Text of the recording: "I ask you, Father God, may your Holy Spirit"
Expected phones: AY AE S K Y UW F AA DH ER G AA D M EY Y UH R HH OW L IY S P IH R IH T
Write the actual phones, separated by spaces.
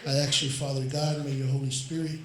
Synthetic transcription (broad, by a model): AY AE K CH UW F AA DH ER G AA D M EY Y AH R HH OW L IY S P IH R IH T